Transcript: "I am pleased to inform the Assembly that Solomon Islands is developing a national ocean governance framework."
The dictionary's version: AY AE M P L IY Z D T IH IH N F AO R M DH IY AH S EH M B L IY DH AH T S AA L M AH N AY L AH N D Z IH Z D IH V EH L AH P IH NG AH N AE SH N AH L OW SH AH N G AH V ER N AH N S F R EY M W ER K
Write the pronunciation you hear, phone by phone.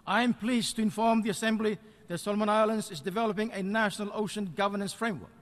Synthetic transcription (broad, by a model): AY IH M P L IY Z T IH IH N F AO R M DH IY AH S EH M B L IY DH AH T S AA L M AH N AY L AH N D Z IH Z D IH V EH L AH P IH NG AH N AE SH N AH L OW SH AH N G AH V ER N AH N S F R EY M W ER K